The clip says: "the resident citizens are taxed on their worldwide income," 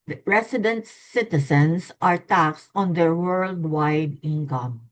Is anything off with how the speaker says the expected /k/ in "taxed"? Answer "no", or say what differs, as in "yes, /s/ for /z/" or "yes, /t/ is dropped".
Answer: no